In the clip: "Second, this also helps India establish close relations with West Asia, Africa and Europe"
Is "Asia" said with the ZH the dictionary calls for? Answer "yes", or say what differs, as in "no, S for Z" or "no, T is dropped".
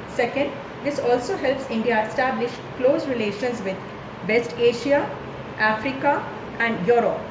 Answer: no, SH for ZH